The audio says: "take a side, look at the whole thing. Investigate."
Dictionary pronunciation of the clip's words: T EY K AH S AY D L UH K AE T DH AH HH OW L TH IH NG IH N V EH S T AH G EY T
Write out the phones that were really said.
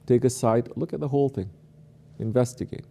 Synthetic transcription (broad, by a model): T EY K AH S AY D L UH K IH T DH AH HH OW L TH IH NG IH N V EH S T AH G EY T